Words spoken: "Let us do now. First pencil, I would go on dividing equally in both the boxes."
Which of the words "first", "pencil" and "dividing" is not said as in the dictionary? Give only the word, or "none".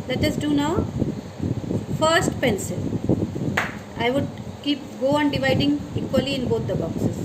none